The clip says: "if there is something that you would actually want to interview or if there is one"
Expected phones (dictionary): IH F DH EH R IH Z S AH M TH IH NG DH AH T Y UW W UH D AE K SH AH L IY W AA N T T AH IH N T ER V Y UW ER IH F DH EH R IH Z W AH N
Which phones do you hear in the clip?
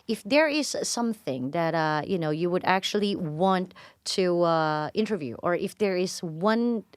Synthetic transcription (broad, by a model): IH F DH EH R IH Z S AH M TH IH NG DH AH T Y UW W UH D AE K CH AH L IY W AA N T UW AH IH N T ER V Y UW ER IH F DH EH R IH Z W AH N